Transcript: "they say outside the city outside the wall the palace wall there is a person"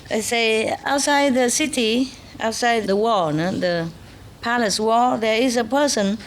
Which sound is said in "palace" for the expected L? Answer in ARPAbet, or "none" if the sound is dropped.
L